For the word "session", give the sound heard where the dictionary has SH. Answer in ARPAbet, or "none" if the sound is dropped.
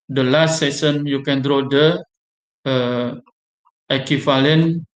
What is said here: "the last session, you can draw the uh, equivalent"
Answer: S